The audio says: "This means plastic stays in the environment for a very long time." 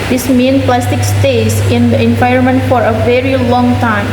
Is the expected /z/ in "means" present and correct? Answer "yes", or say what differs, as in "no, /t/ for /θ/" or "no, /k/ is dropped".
no, /z/ is dropped